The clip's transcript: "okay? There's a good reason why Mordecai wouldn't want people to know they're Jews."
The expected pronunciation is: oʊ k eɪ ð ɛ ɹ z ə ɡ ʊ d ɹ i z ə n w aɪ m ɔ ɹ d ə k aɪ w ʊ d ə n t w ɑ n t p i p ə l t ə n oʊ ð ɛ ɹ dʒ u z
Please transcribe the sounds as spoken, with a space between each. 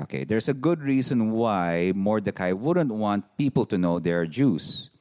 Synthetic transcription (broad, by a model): oʊ k eɪ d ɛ ɹ s ə ɡ ʊ d ɹ i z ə n w aɪ m ɔ ɹ d ə k aɪ w ʊ d ə n t w ɑ n t p i p ə l t ə n oʊ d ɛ ɹ dʒ u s